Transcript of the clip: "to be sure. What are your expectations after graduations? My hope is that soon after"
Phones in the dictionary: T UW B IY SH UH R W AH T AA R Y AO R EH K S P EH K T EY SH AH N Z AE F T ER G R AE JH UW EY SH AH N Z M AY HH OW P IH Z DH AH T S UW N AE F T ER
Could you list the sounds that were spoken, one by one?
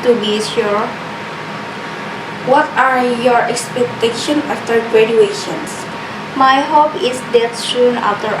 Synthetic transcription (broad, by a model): T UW B IY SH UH R W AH T AA R Y AO R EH K S P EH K T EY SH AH N AA F T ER G R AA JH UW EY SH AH N S M AY HH OW P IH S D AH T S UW N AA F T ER